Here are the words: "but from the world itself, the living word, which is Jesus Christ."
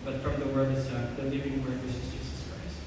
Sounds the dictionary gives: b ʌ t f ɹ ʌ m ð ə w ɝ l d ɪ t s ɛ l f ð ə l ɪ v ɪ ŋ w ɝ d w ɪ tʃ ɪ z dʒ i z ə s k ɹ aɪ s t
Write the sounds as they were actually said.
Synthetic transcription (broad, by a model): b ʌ t f ɹ ʌ m ð ə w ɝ d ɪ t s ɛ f ð ə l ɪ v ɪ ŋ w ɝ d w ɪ s ɪ z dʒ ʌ s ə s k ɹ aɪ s